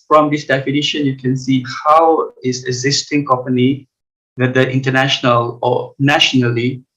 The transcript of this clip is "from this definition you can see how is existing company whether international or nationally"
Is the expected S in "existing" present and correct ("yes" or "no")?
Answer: yes